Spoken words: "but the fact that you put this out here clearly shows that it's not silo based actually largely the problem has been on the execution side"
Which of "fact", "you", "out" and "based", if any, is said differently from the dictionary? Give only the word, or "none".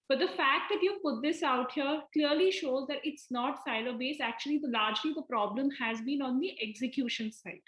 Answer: based